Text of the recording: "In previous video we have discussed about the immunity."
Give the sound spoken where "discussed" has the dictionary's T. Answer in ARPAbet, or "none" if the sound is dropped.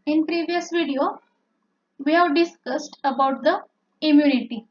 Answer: T